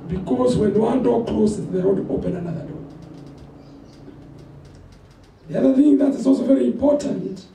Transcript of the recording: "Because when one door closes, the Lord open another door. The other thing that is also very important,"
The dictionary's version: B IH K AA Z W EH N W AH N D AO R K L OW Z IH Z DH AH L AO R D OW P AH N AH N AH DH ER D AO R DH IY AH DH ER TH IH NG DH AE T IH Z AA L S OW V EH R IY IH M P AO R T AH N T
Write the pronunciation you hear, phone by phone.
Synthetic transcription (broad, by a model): B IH K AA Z W EH N W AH N D AO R K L OW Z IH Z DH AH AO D OW P AH N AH N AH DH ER D AO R DH IY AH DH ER TH IH NG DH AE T IH Z AA L S OW V EH R IY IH M P AO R T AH N T